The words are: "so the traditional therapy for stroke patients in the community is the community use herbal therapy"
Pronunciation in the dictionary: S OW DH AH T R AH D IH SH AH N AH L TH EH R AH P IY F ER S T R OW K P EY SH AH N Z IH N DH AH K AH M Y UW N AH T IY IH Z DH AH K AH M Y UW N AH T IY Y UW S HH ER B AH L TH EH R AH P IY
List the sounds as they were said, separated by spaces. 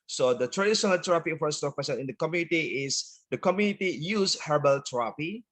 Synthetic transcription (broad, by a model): S OW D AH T R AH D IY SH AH N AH L T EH R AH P IY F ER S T OW K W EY S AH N IH N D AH K AH M Y UW N AH T IY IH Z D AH K AH M Y UW N AH T IY Y UW S HH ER B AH L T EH R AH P IY